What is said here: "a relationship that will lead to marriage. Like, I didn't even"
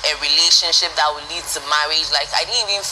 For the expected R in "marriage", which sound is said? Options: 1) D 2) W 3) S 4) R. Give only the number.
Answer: 2